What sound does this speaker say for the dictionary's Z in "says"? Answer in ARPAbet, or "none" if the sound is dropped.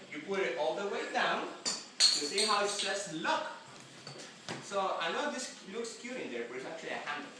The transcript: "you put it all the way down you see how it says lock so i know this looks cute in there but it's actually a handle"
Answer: S